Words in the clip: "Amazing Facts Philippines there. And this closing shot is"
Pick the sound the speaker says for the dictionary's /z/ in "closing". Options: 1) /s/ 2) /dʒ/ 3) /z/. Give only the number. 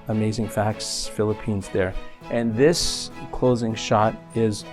3